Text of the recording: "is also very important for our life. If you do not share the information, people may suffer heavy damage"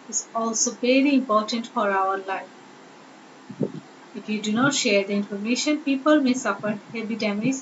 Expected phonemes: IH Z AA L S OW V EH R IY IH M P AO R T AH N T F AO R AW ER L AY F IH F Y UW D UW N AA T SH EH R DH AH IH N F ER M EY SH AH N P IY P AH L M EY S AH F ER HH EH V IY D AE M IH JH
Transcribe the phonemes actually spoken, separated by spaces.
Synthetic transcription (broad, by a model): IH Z AA L S OW V EH R IY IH M P AO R T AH N T F AO R AW ER L AY F IH F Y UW D UW N AA T SH EH R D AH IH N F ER M EY SH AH N P IY P AH L M EY S AH F ER HH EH B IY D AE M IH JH